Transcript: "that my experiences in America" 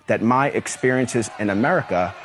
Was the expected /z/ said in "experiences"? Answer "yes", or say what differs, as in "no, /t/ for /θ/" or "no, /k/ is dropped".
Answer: yes